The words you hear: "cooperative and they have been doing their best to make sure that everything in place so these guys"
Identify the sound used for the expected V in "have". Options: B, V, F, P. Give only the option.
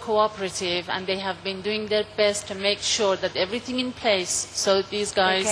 V